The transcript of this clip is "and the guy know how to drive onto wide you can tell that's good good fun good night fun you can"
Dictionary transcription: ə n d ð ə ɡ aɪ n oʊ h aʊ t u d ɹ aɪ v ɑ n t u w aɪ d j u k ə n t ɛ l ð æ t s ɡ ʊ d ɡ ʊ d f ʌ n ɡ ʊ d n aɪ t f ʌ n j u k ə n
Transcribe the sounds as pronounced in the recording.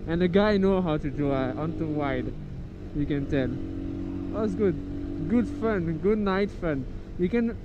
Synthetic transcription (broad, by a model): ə n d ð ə ɡ aɪ n oʊ h aʊ t u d u ɑ n t u w aɪ d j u k ə n t ɛ l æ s ɡ ʊ d ɡ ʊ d f ʌ n ɡ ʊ d n aɪ t f ʌ n j u k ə n